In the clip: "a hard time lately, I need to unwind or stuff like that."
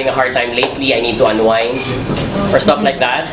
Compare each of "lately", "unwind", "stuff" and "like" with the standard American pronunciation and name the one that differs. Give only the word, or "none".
unwind